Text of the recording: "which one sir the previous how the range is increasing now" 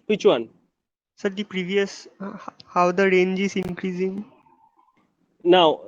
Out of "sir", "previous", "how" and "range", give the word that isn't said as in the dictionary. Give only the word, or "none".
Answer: none